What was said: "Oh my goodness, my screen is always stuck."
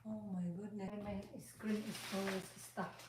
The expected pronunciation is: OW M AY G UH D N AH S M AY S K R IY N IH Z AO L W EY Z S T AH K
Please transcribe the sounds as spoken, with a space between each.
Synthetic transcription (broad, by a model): OW M AY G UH D N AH M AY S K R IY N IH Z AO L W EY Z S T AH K